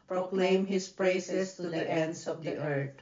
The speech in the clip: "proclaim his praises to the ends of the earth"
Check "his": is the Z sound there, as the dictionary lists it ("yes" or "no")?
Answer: no